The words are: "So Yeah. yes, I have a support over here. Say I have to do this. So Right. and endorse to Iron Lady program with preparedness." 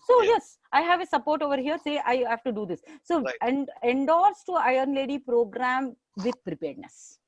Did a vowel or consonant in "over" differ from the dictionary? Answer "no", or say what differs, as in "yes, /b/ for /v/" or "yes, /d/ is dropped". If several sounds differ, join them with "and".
no